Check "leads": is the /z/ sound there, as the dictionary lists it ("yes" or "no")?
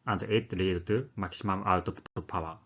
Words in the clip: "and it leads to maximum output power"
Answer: no